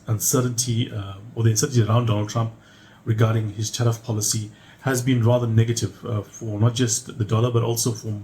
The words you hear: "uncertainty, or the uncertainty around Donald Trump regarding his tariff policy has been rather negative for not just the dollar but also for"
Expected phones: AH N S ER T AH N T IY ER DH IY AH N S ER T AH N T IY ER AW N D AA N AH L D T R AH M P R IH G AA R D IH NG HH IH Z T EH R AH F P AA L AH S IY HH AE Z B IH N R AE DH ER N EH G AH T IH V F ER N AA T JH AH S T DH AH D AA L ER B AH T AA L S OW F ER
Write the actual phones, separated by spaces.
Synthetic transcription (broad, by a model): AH N S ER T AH N T IY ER DH IY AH N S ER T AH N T IY ER AW N D AA N AH L D T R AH M P R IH G AA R D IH NG HH IH Z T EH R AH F P AA L AH S IY HH AE Z B IH N R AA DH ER N EH G AH T IH V F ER N AA T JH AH S T DH AH D AA L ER B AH T AA L S OW F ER